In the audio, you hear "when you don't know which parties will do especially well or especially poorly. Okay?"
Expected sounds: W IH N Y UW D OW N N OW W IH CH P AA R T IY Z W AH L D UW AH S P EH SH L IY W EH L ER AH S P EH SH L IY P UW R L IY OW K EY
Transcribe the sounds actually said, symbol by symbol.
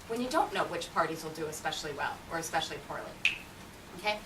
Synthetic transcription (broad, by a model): W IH N Y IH D OW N N OW W IH CH P AA R T IY Z W AH L D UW AH S P EH SH L IY W EH L ER AH S P EH SH L IY P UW R L IY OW K EY